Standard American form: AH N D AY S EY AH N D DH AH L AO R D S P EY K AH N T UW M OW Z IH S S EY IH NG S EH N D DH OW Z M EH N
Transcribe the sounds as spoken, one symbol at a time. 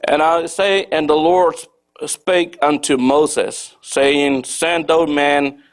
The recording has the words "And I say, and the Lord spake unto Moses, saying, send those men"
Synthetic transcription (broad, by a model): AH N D AY S EY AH N DH AH L AO R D S P EY K AH N T UW M OW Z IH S S EY IH NG S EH N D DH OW M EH N